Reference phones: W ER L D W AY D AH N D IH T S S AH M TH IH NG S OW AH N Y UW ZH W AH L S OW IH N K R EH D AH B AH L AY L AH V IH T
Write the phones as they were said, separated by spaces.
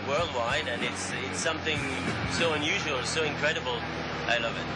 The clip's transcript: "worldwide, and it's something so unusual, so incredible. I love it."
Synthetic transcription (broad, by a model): W ER L D W AY D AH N IH T S S AH M TH IH NG S OW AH N Y UW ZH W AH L S OW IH N K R EH D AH B L AY L AH V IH T